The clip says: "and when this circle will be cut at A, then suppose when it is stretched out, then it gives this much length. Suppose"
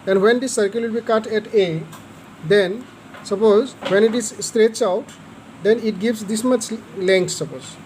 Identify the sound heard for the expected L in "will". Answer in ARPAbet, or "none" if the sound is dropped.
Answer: L